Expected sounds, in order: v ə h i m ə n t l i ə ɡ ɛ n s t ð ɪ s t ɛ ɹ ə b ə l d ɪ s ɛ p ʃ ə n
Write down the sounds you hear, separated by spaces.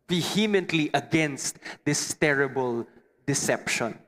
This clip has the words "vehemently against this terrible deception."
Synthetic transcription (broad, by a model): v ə h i m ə n t l i ə ɡ ɛ n s t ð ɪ s t ɛ ɹ ə b ə l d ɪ s ɛ p ʃ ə n